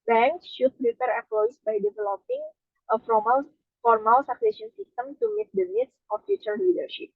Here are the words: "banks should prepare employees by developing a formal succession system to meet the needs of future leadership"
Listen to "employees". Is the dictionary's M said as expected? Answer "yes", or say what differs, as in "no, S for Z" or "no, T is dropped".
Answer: no, M is dropped